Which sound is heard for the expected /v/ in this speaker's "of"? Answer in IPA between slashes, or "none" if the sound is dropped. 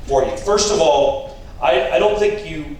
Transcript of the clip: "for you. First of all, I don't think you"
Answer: /v/